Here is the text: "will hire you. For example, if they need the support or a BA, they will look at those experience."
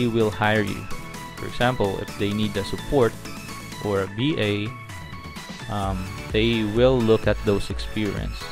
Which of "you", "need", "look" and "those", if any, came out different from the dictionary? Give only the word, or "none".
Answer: those